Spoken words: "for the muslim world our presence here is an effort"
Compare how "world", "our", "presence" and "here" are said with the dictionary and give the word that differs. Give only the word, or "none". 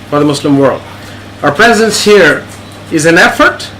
none